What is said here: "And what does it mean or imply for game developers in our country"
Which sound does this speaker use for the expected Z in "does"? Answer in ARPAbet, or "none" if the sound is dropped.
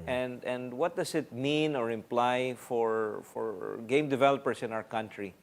S